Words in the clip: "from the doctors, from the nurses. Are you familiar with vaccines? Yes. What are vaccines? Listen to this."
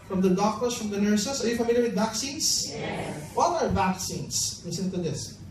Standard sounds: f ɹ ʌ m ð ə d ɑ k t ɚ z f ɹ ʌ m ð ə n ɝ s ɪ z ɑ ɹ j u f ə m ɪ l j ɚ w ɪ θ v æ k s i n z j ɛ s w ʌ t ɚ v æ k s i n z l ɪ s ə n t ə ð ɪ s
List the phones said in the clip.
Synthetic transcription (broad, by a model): f ɹ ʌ m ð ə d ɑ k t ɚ s f ɹ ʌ m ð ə n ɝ s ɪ s ɑ ɹ j u f ə m ɪ l j ɚ w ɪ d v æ k s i n s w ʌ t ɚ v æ k s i n s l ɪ s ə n t ə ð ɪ s